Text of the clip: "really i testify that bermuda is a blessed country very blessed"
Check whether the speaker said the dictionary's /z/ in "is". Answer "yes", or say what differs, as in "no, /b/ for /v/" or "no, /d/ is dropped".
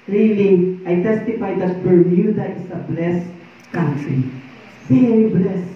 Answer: no, /s/ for /z/